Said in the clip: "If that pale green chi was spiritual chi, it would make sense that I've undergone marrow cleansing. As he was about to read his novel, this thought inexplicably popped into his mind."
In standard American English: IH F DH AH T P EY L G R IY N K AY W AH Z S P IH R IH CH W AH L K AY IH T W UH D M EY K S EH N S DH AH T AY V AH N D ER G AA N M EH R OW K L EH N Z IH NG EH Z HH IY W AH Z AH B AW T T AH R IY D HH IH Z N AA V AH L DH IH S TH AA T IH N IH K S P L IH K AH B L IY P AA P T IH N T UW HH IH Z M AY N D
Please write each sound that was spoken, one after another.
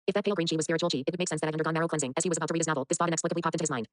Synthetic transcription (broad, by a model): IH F DH AH T P EY L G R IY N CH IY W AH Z S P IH R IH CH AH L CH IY IH T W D M EY K S EH N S DH AH T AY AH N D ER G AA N M EH R OW K L EH N Z IH NG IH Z HH IY W AH Z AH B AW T T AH R IY D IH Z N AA V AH L DH IH S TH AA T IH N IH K S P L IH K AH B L IY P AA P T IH T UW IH Z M AY N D